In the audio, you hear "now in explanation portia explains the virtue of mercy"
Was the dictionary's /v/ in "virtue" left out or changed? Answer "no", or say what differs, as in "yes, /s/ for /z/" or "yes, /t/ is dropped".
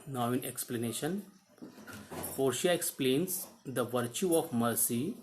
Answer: no